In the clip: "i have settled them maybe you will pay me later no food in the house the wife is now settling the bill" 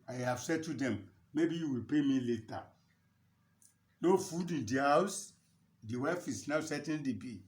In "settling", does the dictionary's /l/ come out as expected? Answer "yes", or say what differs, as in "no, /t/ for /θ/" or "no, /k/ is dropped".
no, /l/ is dropped